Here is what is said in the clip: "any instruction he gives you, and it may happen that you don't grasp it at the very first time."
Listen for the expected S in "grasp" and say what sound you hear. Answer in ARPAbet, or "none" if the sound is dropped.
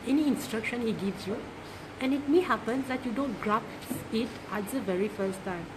none